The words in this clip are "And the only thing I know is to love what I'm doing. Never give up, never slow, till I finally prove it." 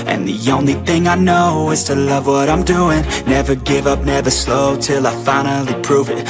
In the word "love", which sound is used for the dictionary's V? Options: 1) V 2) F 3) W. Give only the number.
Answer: 1